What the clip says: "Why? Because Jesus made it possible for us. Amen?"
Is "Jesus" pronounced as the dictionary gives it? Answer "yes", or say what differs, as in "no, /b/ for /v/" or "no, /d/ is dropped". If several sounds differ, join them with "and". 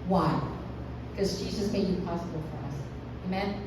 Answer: yes